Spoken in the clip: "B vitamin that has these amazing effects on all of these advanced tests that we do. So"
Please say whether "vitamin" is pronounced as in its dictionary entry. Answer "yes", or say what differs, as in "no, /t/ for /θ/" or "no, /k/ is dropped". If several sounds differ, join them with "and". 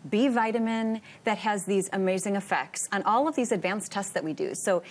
yes